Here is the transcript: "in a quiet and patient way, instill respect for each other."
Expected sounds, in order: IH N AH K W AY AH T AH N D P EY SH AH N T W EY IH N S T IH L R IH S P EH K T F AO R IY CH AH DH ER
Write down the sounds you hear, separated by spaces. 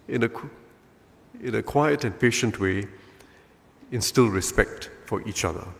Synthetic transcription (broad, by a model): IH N AH K W AY AH T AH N P EY SH AH N T W EY IH N S T IH L R IH S P EH K T F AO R IY CH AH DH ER